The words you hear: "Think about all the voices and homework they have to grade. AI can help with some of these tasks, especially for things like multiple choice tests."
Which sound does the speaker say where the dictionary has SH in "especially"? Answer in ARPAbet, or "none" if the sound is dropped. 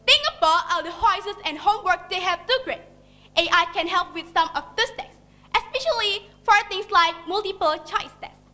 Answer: SH